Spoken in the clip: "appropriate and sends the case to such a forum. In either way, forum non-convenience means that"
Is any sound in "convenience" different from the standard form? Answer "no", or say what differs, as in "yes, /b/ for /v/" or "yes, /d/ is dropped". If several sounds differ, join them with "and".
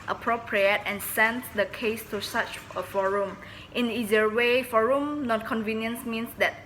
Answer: no